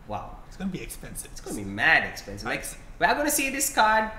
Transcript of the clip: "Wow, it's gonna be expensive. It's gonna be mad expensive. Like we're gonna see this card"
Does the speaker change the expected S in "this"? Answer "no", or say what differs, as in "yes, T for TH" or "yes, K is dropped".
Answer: no